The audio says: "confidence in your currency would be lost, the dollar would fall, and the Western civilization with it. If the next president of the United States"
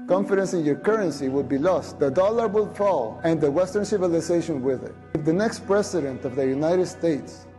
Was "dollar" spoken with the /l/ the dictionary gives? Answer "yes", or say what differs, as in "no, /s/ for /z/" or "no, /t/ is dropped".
yes